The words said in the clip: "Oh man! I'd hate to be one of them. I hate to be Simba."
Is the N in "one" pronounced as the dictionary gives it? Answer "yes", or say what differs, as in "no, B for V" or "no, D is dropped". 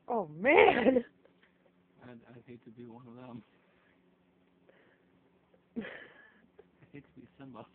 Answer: yes